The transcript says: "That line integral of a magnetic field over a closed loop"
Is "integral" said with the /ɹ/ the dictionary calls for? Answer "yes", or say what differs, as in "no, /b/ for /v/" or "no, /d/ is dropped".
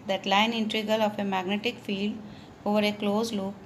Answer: no, /ɹ/ is dropped